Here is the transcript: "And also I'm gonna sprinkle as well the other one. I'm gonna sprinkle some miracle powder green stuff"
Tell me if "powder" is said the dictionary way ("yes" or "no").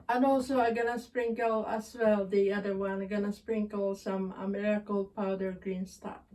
yes